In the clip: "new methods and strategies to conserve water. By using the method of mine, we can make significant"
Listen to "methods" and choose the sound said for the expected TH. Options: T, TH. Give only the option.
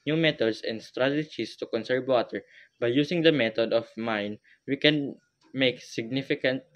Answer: T